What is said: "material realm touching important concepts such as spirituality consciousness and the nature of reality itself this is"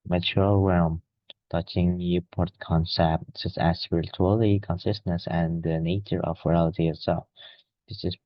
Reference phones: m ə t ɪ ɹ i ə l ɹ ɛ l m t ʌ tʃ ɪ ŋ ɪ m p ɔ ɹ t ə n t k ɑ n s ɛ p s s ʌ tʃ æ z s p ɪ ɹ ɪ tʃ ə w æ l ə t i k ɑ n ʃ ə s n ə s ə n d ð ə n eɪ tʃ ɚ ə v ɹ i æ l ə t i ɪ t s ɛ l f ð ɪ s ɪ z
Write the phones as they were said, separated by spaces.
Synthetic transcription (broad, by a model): m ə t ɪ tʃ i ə l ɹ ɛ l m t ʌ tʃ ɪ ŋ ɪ p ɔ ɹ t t k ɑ n s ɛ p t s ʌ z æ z s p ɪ ɹ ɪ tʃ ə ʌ l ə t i k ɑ n s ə s n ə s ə n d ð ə n eɪ tʃ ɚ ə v ɹ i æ l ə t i ɪ t s ɛ l f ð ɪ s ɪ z